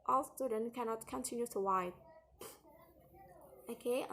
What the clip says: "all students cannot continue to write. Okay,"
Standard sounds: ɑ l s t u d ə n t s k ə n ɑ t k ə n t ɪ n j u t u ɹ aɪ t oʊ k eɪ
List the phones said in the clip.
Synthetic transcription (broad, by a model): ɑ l s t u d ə n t k ə n ɑ t k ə n t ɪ n j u t u w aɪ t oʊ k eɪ